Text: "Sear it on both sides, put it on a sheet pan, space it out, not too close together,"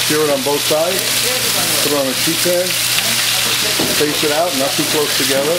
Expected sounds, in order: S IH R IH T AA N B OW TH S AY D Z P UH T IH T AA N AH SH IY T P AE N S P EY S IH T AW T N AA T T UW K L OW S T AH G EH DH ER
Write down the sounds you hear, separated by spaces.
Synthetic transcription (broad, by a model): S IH R IH T N B OW TH S AY D Z P UH T IH T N AH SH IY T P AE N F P EY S IH T AW T N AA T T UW K L OW S T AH G EH DH ER